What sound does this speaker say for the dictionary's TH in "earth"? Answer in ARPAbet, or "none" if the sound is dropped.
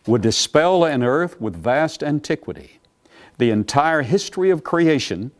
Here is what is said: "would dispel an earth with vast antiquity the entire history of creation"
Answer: TH